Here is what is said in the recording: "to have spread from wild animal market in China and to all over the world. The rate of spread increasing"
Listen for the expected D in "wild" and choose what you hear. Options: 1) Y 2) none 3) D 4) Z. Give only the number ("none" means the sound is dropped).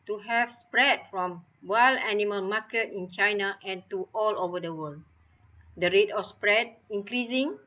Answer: 2